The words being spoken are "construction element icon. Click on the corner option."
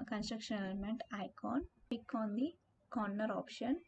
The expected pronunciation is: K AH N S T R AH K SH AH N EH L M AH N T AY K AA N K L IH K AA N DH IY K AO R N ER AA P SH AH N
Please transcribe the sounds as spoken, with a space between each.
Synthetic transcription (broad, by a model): K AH N S T R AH K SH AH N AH N M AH N T AY K AA N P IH K AA N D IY K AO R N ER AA P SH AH N